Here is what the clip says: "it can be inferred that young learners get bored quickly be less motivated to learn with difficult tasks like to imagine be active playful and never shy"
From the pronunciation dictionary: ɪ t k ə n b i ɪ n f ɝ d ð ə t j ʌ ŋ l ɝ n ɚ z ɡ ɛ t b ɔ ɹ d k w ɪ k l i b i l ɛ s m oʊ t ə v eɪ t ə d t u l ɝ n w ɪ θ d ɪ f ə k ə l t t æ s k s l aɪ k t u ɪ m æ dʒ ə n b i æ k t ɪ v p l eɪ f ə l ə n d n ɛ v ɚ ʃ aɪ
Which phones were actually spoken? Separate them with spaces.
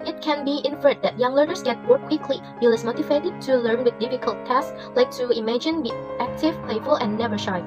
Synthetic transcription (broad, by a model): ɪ t k ə n b i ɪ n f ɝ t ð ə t j ʌ ŋ l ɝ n ɚ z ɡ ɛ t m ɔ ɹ k w ɪ k l i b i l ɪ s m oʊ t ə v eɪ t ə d t u l ɝ n w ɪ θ d ɪ f ə k ə l t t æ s s l aɪ k t u ɪ m æ dʒ ə n b i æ k t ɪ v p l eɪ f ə l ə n n ɛ v ɚ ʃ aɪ